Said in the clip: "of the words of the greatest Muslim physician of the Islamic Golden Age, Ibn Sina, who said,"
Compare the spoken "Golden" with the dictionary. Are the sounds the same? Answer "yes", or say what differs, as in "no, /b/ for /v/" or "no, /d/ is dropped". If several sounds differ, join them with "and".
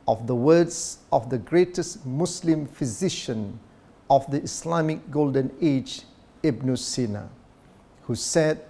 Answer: yes